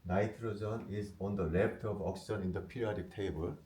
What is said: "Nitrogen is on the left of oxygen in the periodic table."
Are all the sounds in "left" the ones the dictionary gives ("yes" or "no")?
no